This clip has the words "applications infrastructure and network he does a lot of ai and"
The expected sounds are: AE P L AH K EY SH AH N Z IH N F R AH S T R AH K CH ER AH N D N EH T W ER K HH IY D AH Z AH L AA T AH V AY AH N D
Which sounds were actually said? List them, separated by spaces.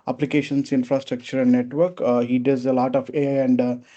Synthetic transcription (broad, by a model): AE P L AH K EY SH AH N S IH N F R AH S T R AH K CH ER AH N D N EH T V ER K HH IY D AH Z AH L AA T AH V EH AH N D